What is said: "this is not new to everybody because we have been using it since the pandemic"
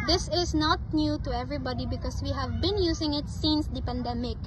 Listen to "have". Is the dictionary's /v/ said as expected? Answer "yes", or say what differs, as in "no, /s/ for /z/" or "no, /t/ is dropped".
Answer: yes